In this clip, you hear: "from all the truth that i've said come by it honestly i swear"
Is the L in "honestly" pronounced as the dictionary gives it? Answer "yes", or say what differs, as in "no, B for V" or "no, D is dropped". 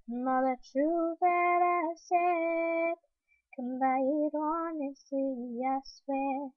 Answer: no, L is dropped